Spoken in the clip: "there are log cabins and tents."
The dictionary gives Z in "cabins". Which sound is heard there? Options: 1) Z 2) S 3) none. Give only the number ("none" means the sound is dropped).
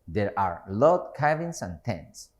2